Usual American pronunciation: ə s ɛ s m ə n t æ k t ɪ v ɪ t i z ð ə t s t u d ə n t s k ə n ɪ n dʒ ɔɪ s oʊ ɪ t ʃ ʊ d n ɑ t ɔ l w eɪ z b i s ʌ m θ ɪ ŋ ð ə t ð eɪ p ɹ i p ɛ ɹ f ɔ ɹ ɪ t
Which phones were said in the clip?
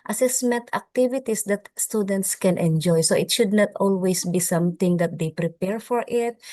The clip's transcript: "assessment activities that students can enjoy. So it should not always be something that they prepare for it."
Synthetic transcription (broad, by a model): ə s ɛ s m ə n t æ k t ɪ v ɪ t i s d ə t s t u d ə n t s k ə n ɪ n dʒ ɔɪ s oʊ ɪ t ʃ ʊ d n ɑ t ɔ l w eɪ s b i s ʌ m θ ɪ ŋ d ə t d eɪ p ɹ i p ɛ ɹ f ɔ ɹ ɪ t